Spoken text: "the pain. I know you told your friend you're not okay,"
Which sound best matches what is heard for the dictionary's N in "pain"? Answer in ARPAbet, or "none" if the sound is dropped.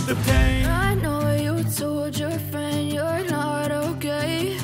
none